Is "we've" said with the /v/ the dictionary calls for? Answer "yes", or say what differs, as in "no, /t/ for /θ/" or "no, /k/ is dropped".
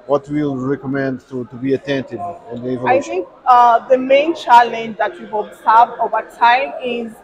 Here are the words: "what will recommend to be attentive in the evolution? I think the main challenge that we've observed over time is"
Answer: no, /v/ is dropped